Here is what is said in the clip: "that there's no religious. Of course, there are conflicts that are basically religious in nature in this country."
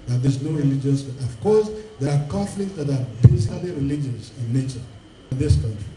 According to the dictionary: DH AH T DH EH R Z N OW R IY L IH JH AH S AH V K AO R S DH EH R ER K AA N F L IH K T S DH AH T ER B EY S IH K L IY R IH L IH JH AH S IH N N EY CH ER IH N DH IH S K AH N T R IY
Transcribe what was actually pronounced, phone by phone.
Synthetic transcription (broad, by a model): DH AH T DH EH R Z N OW R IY L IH JH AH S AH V K AO R S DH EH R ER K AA F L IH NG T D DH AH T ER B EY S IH L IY R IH L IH JH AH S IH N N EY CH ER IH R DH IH S K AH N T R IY